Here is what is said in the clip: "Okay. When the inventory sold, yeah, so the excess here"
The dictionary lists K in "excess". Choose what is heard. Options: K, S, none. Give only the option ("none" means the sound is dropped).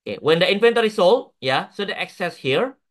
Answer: K